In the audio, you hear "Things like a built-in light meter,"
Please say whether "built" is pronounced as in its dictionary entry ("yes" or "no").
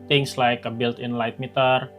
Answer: yes